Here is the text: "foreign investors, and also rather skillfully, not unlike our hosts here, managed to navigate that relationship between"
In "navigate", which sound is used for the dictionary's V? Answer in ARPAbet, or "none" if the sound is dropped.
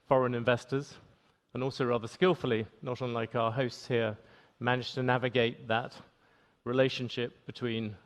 V